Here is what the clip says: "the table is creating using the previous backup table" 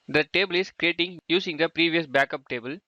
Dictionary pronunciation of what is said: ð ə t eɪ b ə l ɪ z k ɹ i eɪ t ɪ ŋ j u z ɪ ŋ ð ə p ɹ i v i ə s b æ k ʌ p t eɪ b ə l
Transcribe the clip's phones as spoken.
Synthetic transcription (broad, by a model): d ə t eɪ b ə l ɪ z k ɹ i eɪ t ɪ ŋ j u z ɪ ŋ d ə p ɹ i v i ə s b æ k ʌ p t eɪ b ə l